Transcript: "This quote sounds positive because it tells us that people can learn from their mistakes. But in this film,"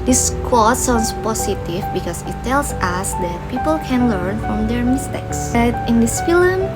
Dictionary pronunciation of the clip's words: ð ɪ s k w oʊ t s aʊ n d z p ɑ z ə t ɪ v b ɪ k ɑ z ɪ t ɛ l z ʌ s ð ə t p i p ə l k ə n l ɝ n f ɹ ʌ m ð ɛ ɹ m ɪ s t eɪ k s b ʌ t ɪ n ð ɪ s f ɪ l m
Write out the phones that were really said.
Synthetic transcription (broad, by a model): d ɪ s k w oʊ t s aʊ n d s p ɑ s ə t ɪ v b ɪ k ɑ s ɪ t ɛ l s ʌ s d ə t p i p ə l k ə n l ɝ n f ɹ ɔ m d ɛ ɹ m ɪ s t eɪ k s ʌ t ɪ n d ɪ s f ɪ l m